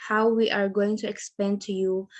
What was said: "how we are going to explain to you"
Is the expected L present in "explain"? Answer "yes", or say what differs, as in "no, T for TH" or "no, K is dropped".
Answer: no, L is dropped